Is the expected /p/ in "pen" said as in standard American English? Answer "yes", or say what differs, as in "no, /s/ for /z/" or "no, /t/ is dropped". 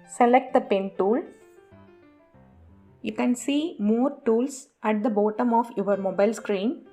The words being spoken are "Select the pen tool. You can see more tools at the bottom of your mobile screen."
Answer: yes